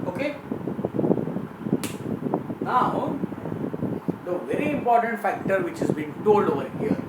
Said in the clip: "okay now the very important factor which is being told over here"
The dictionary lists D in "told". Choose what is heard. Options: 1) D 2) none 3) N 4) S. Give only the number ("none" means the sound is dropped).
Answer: 2